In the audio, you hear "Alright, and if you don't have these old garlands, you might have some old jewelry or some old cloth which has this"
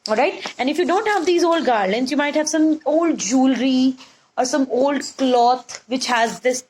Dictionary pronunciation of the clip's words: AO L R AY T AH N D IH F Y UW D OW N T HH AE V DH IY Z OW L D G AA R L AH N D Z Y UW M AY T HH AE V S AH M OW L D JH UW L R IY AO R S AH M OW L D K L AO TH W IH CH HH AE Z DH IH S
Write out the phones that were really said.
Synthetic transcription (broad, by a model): AO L R AY T AH N D IH F Y UW D OW N T HH AE V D IY Z OW L D G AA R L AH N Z Y UW M AY T HH AE V S AH M OW L D JH UW L R IY AO R S AH M OW L D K L AO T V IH CH HH AE Z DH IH S